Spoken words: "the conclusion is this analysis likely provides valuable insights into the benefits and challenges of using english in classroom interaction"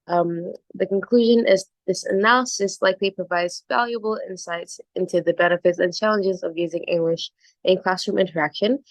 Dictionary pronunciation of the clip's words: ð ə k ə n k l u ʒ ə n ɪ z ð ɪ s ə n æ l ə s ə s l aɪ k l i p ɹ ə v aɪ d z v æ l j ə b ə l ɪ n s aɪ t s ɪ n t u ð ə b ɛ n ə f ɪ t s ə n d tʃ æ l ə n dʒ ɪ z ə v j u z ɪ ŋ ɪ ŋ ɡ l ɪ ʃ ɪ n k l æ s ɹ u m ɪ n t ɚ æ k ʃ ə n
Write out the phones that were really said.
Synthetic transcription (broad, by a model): ð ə k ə n k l u ʒ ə n ɪ z ð ɪ s ə n æ l ə s ə s l aɪ k l i p ɹ ə v aɪ d z v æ l j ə b l ɪ n s aɪ t s ɪ n t u ð ə b ɛ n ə f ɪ t s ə n tʃ æ l ə n dʒ ɪ z ə v j u z ɪ ŋ ɪ ŋ ɡ l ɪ ʃ ɪ n k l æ s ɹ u m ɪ n t ɚ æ k ʃ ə n